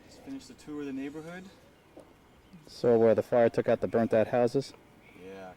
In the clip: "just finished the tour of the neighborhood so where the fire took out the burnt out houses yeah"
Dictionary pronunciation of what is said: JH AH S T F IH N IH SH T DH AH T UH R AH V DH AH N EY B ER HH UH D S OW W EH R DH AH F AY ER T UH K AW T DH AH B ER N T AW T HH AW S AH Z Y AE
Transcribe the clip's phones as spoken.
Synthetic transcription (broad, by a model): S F IH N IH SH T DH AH T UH R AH DH AH N EY B ER HH UH D S OW W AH R DH AH F AY ER T UH K AW T DH AH B ER N T AW T HH AW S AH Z Y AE